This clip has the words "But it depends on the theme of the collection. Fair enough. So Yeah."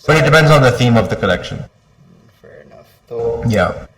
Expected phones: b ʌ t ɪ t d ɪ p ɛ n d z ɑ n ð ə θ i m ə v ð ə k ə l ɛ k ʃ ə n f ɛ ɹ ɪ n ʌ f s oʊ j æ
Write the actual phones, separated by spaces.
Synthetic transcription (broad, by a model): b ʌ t ɪ t d ɪ p ɛ n d z n ð ə θ i m ə v ð ə k ə l ɛ k ʃ ə n f ɛ ɹ ɪ n ʌ f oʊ j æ